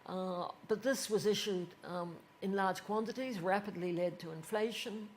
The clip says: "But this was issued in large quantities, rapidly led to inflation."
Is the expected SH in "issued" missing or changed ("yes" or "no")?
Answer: no